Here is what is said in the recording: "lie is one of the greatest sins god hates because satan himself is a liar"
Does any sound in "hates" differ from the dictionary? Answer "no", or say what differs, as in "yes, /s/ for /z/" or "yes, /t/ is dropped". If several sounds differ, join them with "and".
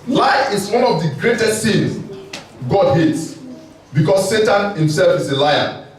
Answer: no